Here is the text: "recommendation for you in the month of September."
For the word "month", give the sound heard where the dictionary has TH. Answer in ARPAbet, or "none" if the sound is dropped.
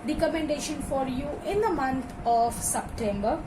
T